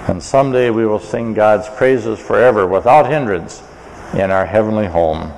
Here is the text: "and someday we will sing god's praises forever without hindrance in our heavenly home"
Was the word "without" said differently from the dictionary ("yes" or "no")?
no